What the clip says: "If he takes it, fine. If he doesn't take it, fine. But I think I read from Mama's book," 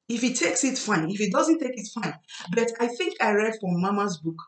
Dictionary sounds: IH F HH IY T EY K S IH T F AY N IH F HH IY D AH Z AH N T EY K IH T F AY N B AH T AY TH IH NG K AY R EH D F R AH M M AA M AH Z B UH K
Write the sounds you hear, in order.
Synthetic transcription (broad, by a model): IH F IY T EY K S IH T F AY N IH F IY D AH Z AH N T EY K IH T F AY N B AH T AY TH IH NG K AY R EH D F R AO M M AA M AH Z B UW K